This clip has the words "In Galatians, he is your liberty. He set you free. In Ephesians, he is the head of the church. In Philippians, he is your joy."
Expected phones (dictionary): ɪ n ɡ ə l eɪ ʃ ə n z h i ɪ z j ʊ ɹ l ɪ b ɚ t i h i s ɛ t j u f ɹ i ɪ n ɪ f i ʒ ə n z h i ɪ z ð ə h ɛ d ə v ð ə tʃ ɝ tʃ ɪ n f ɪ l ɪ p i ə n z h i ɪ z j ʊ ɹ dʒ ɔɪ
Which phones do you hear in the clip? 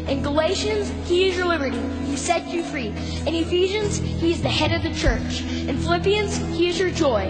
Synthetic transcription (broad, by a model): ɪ n ɡ ə l eɪ ʃ ə n z h i ɪ z j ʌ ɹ l ɪ b ɚ t i h i s ɛ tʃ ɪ f ɹ i ɪ n ɪ f i ʒ ə n z h i ɪ z ð ə h ɛ d ə v ð ə tʃ ɝ tʃ ɪ n f ɪ l ɪ p i ə n z h i ɪ z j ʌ ɹ dʒ ɔɪ